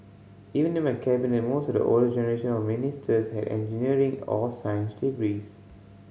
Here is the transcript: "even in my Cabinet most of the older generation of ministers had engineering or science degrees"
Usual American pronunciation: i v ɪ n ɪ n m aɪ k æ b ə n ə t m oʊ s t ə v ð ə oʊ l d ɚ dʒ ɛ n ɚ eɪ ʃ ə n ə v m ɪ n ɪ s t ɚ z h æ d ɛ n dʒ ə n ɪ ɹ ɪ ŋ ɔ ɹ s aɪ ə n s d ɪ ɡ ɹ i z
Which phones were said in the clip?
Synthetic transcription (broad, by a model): i v ɪ n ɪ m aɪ k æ b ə n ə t m oʊ s t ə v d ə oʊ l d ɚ dʒ ɛ n ɚ eɪ ʃ ə n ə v m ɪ n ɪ s t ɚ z h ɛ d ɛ n dʒ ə n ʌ ɹ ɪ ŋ ɔ l s aɪ ə n s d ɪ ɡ ɹ i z